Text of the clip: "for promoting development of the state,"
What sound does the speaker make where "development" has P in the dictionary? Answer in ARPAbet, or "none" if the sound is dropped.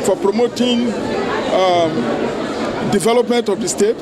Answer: P